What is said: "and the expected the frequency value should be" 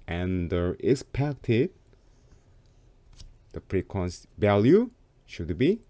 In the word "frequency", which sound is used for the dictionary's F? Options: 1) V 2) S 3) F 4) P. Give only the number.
4